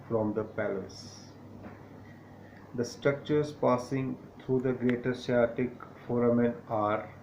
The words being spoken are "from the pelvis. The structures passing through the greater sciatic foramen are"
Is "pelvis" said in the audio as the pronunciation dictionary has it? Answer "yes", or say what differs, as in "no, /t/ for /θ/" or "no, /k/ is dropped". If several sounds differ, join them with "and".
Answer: no, /v/ is dropped